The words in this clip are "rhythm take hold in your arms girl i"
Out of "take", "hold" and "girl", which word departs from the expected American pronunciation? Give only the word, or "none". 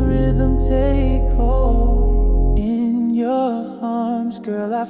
hold